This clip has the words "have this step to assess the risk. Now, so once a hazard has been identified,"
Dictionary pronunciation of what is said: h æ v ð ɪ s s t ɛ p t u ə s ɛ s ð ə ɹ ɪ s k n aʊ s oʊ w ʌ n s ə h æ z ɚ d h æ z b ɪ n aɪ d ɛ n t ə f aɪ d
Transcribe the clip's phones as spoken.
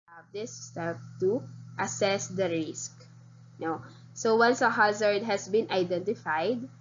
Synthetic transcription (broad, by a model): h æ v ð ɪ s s t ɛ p t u ə s ɛ s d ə ɹ ɪ s k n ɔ s oʊ w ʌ n s ə h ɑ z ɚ d h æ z b ɪ n aɪ d ɛ n t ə f aɪ d